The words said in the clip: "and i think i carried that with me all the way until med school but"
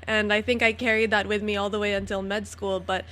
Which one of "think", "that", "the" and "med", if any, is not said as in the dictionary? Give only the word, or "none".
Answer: none